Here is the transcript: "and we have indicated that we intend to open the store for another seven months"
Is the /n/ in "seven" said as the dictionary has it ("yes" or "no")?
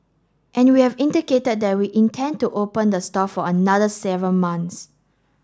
no